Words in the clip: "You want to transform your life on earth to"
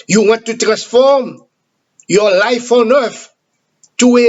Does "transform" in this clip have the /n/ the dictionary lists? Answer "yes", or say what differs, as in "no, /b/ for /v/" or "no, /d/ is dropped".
yes